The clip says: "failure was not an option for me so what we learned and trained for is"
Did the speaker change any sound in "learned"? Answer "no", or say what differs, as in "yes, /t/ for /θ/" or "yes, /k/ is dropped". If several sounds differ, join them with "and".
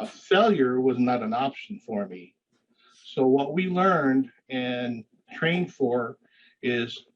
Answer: no